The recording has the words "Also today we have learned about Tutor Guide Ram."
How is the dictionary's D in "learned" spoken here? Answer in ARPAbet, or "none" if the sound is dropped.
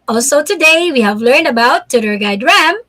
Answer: D